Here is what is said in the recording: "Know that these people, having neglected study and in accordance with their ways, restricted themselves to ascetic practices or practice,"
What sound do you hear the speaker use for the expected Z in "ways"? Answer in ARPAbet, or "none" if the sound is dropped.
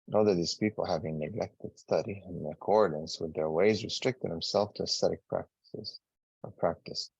Z